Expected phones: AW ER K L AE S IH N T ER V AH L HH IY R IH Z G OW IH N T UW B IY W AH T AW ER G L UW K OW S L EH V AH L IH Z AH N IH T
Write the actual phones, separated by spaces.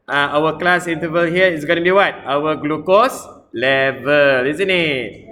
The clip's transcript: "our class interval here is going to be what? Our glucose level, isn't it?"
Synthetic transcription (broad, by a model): AW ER K L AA S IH N T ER V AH L HH IY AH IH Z G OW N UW B IY W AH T AW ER G L UW K OW S L EH V AH L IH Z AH N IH T